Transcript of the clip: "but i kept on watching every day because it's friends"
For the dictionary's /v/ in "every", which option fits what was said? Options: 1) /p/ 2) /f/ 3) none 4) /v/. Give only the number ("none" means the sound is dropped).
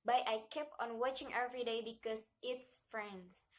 4